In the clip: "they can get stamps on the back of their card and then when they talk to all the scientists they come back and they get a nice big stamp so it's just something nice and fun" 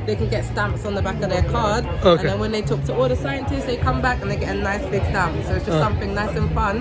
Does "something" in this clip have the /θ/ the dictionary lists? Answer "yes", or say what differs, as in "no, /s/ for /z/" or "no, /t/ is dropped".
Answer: yes